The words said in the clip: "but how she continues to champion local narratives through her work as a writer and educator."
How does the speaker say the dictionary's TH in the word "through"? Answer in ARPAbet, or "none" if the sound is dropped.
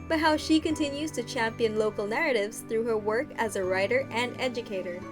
TH